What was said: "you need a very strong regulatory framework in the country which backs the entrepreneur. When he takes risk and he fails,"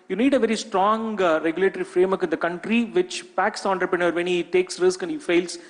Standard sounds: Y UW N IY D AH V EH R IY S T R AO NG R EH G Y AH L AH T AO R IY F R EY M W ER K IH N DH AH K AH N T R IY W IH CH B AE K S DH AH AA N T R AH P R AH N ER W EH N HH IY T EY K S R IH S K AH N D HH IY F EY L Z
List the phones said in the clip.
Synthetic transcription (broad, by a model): Y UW N IY D AH V EH R IY S T R AO NG R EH G Y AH L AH T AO R IY F R EY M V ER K IH N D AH K AH N T R IY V IH CH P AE K S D AA N T R AH P R AH N ER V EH N HH IY T EY K S R IH S K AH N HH IY F EY L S